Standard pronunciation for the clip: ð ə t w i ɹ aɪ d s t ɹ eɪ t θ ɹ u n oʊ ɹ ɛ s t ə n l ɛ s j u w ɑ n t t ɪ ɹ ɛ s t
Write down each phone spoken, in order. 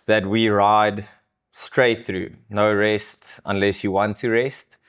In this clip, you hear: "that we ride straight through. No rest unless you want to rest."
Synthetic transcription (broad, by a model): ð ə t w i ɹ aɪ d s t ɹ eɪ t θ ɹ u n oʊ ɹ ɛ s t ə n l ɛ s j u w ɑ n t t ɪ ɹ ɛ s t